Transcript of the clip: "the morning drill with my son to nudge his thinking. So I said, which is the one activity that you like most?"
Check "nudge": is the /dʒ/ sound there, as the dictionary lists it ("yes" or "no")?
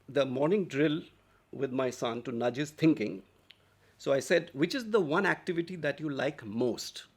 yes